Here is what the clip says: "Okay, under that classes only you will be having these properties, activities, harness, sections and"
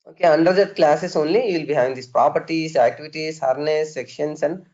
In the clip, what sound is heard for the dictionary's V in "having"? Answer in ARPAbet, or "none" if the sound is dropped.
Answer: none